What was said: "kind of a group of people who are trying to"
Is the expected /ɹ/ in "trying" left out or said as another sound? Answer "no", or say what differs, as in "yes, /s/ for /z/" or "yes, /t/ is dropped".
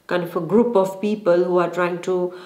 no